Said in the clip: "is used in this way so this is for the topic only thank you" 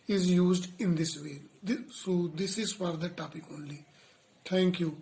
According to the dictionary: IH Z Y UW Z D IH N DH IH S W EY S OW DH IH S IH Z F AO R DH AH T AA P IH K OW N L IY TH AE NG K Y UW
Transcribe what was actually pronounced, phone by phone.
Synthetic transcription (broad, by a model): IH Z Y UW Z D IH N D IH S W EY S OW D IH S IH Z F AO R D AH T AA P IH K OW N L IY T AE NG K Y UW